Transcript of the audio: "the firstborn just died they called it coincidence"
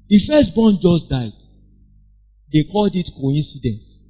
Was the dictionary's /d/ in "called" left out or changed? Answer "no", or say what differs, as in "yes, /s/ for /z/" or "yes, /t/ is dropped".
no